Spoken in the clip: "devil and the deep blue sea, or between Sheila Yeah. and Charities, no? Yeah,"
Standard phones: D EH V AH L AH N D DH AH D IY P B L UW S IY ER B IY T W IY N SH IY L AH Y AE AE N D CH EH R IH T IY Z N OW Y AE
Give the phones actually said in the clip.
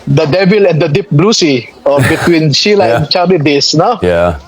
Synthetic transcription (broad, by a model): D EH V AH L AH N D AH D IY P B L UW S IY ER B IY T W IY N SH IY L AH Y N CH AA L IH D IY S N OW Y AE